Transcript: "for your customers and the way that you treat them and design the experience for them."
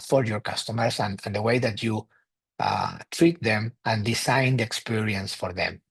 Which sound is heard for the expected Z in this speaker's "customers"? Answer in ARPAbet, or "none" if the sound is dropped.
S